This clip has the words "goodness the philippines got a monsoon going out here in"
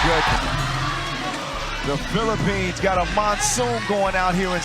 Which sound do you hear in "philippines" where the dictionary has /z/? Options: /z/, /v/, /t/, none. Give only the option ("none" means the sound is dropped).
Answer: /z/